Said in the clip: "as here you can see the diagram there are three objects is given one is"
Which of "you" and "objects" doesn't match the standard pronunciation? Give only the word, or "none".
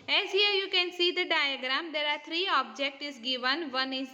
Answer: objects